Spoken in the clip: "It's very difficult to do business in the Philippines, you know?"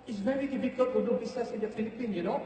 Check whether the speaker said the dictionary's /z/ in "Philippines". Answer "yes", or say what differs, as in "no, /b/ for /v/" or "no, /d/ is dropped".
no, /z/ is dropped